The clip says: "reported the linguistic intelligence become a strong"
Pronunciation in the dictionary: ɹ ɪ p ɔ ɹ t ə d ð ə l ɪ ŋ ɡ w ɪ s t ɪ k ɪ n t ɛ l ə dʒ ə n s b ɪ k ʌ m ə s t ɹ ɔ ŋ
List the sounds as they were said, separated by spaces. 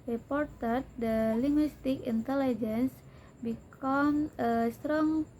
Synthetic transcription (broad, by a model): ɹ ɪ p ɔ ɹ t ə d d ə l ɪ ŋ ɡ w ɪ s t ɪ k ɪ n t ɛ l ə dʒ ə n s b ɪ k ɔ m ə s t ɹ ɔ ŋ